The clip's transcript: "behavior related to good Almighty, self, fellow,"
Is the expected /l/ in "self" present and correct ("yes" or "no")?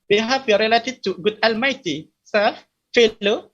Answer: no